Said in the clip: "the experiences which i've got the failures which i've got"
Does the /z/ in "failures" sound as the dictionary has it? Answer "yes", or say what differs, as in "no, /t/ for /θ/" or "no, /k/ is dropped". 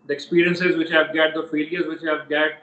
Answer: yes